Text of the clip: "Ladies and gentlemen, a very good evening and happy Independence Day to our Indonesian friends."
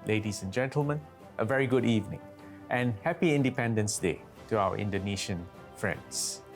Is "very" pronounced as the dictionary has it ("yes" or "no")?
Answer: yes